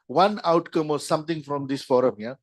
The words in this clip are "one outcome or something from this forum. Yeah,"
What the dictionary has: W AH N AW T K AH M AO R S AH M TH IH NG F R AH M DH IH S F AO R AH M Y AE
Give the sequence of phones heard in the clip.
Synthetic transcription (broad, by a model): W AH N AW T K AH M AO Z S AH M T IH NG F R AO M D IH S F AO R AH M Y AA